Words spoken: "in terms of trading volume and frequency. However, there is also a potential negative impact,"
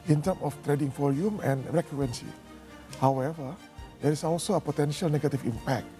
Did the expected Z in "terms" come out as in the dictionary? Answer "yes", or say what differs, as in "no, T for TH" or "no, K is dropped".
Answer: no, Z is dropped